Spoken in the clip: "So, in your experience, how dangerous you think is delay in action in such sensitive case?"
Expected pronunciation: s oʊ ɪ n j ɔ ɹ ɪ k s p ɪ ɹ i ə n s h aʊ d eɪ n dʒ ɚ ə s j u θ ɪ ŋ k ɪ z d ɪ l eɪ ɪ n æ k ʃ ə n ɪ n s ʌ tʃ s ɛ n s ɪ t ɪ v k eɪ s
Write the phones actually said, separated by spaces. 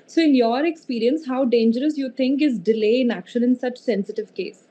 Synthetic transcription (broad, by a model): s oʊ ɪ n j ɔ ɹ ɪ k s p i ɹ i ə n s h aʊ d eɪ n dʒ ɚ ə s j u t ɪ ŋ k ɪ z d ɪ l eɪ ɪ n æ k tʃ ə l ɪ n s ʌ tʃ s ɛ n s ɪ t ɪ v k eɪ s